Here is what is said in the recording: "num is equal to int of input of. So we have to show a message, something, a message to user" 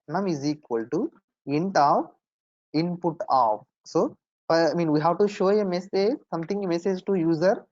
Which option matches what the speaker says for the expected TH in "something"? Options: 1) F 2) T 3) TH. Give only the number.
2